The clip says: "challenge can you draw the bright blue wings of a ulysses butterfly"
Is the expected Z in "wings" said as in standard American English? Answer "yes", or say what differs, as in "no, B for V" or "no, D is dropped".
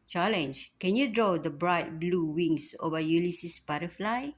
no, S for Z